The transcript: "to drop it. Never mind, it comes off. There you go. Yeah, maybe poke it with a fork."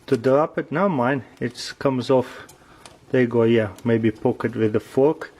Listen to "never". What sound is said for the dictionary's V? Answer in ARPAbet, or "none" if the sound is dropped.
none